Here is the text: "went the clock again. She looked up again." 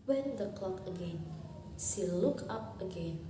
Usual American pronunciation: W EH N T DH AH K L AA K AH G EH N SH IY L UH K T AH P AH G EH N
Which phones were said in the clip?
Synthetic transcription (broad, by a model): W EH N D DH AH K L AA K AH G EH N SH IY L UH K AH P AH G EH N